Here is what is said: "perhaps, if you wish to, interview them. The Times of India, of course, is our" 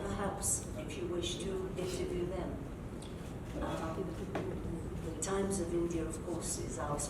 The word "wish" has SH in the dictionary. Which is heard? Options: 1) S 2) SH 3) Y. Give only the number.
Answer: 2